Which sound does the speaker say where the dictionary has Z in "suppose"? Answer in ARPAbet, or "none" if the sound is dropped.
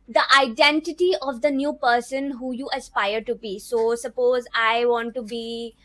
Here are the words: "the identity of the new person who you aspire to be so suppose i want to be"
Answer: Z